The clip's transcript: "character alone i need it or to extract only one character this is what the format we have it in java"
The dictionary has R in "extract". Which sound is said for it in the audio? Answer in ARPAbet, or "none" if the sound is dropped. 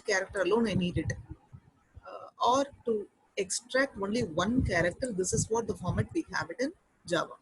R